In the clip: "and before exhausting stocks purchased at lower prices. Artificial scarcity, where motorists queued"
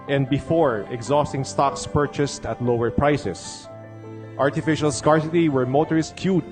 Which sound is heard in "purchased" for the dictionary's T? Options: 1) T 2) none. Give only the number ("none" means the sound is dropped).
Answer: 1